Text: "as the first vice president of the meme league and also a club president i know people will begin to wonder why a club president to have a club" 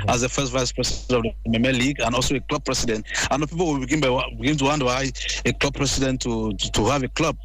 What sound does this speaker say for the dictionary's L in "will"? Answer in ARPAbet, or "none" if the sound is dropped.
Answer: N